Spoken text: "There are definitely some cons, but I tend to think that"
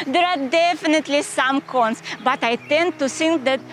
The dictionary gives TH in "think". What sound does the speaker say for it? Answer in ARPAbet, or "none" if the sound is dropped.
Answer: S